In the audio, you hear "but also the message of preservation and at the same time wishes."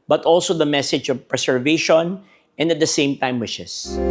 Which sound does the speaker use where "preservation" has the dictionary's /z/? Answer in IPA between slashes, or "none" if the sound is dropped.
/s/